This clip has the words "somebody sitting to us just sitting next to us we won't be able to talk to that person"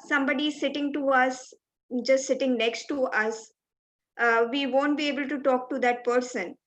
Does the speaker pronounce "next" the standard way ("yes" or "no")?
yes